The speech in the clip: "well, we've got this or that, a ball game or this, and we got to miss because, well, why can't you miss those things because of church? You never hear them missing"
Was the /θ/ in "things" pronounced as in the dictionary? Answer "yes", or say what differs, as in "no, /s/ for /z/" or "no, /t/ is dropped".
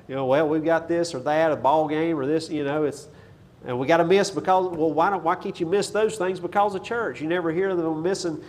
yes